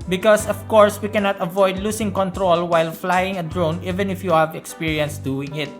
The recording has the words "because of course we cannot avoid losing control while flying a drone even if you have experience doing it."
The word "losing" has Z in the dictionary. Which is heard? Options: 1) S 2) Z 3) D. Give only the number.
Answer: 1